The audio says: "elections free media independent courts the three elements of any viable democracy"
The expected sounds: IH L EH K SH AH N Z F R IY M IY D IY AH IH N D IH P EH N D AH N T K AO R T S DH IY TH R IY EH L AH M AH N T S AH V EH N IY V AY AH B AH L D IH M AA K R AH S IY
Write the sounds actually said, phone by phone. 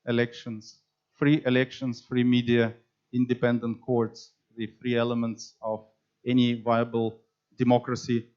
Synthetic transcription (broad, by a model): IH L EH K SH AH N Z F R IY M IY D IY AH IH N D IH P EH N D AH N T K AO R T S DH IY F R IY EH L AH M AH N T S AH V EH N IY V AY AH B AH L D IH M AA K R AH S IY